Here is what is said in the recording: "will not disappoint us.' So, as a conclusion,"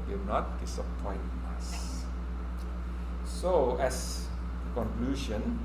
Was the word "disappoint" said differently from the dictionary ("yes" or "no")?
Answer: yes